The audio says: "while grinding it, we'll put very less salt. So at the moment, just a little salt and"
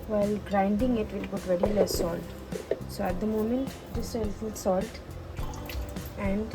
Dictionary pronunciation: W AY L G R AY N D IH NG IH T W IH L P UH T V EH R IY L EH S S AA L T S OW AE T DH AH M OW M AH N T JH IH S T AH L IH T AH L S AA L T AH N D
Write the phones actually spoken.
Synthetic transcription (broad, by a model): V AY L G R AY N D IH NG IH T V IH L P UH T V EH R IY L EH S S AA L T S OW AE T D AH M OW M AH N T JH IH S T AH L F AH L S AA L T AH N D